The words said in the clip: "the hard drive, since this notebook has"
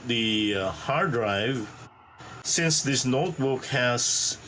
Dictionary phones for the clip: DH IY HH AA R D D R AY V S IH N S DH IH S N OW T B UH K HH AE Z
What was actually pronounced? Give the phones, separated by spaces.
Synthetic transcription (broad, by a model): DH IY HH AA R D D R AY V S IH N S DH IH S N OW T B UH K HH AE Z